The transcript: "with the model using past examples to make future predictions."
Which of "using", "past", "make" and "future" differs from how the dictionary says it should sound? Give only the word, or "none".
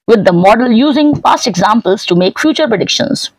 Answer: past